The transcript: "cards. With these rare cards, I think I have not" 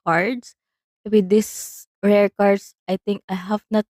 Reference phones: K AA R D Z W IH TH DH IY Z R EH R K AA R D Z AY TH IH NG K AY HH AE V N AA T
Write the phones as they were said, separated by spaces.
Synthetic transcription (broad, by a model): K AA R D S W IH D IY S R EH R K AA R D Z AY T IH NG K AY HH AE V N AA T